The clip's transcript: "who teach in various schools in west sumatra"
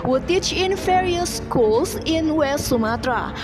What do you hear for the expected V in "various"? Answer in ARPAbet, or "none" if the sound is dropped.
F